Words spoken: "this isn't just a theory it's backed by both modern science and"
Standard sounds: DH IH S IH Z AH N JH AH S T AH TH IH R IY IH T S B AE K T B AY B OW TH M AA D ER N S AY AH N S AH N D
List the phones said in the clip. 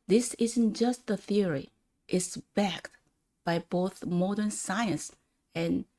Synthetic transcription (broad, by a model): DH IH S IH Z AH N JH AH S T AH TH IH R IY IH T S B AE K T B AY B OW TH M AA D ER N S AY AH N S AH N